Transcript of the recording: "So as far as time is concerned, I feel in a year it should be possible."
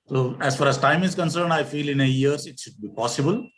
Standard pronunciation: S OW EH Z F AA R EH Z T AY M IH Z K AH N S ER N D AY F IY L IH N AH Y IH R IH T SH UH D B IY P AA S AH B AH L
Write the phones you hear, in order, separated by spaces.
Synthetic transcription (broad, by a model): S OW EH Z F AA R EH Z T AY M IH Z K AH N S ER N D AY F IY L IH N AH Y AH R IH T SH UH D B IY P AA S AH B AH L